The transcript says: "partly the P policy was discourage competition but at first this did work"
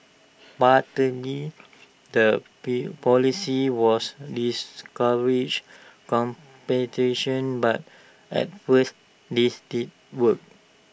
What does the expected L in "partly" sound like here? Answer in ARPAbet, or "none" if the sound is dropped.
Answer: none